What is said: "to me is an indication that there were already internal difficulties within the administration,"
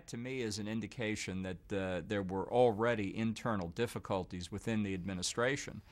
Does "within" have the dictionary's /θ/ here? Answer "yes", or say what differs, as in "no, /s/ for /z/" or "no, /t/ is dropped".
yes